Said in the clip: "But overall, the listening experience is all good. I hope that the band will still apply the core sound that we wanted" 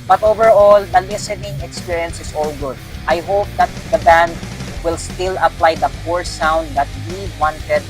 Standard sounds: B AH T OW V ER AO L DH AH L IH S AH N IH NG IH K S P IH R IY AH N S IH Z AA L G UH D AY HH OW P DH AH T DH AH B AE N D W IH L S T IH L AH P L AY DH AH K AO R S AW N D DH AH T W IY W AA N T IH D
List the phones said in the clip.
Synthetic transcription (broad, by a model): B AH T OW V ER AO L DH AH L IH S AH N IH NG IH K S P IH R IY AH N S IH S AA L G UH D AY HH OW P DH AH T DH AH B AE N D W IH L S T IH L AH P L AY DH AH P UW R S AW N D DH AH T W IY W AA N T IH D